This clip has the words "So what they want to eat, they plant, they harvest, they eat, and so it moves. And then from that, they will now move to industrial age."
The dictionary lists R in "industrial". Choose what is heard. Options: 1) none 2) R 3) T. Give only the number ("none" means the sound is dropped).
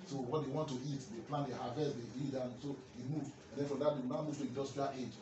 1